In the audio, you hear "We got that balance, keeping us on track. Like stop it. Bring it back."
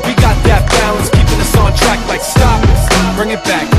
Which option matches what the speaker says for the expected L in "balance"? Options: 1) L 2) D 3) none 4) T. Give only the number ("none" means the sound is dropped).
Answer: 3